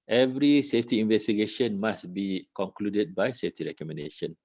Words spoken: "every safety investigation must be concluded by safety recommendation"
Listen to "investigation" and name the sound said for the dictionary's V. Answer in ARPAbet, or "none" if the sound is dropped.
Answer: V